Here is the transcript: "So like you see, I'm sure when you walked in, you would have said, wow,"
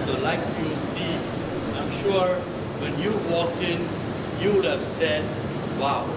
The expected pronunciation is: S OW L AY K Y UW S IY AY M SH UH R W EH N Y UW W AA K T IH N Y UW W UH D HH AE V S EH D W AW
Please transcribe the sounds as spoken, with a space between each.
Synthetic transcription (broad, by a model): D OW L AY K Y UW S IY AY M SH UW R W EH N Y UW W AA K IH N Y UW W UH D HH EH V S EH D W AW